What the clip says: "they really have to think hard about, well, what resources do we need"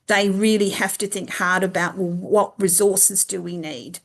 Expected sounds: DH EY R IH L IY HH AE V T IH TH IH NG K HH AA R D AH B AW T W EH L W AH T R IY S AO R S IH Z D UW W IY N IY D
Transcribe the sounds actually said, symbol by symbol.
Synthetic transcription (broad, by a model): DH EY R IH L IY HH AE F T IH TH IH NG K HH AA R D AH B AW T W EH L W AH T R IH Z AO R S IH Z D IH W IY N IY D